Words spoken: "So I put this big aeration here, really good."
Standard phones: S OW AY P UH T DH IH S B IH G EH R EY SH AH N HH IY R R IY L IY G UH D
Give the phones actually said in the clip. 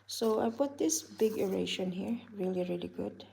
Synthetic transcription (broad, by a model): S OW AY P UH T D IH S B IH G EH R EY SH AH N HH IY R R IY L IY G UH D